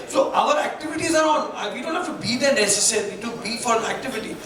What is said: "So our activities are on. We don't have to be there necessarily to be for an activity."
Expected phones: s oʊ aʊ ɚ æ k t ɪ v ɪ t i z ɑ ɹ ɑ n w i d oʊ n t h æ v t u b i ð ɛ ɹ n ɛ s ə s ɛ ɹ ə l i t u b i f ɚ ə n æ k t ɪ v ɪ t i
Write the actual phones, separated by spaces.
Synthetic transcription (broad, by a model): s oʊ aʊ ɚ æ k t ɪ v ɪ t i z ɑ ɹ ɑ n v i d oʊ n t h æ f t u b i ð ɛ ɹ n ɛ s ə s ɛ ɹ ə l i t u b i f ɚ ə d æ k t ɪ v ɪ t i